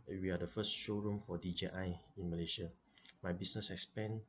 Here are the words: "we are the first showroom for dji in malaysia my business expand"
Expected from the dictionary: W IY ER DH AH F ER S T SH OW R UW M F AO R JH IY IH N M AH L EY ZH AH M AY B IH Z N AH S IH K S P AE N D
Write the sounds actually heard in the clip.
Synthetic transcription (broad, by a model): W IY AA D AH F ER S T SH OW R UW M F AO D JH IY IH N M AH L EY SH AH M AY B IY S N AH S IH K S P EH N